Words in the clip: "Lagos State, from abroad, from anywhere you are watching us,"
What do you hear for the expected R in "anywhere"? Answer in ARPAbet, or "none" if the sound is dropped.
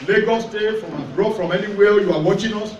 L